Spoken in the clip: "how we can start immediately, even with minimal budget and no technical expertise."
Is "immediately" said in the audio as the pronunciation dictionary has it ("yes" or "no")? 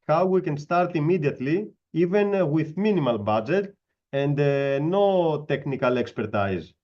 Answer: yes